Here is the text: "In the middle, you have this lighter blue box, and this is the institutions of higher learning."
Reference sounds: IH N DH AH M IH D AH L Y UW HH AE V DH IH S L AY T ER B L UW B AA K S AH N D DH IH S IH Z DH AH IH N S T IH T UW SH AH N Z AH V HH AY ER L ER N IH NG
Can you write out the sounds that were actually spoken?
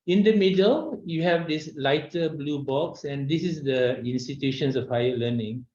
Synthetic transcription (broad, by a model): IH N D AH M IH D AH L Y UW HH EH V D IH S L AY T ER B L UW B AA K S AH N D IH S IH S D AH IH N S T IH T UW SH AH N S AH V HH AY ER L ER N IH NG